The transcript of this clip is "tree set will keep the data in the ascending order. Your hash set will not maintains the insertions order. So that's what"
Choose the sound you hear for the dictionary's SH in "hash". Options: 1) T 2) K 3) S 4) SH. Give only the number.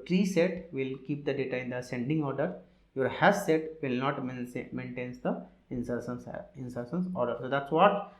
3